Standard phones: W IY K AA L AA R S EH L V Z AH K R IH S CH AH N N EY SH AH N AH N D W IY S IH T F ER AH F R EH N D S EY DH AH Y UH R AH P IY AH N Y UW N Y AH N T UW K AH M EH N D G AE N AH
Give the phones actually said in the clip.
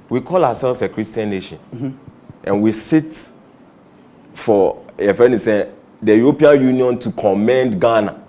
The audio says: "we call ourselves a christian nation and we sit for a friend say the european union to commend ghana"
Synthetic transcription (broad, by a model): W IY K AA L AA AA S EH L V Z AH K R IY S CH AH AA N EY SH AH N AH N W IY S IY T F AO AH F EH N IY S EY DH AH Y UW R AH P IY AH N Y UW N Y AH N T UW K AH M EH N D G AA N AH